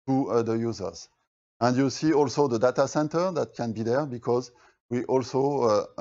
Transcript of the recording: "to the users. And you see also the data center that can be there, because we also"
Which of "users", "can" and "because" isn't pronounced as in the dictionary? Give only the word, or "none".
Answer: none